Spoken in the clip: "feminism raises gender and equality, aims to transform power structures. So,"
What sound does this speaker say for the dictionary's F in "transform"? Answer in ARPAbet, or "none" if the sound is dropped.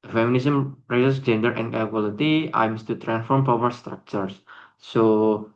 F